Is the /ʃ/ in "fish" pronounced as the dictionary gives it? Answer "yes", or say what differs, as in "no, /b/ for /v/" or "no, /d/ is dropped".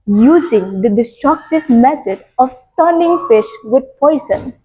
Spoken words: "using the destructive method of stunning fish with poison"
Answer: yes